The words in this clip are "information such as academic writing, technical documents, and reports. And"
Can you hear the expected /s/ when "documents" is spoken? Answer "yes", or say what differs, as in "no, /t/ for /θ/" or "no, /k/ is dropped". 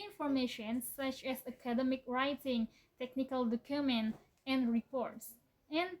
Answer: no, /s/ is dropped